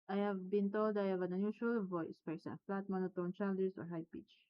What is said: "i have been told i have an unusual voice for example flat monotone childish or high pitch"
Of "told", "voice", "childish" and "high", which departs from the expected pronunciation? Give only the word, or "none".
childish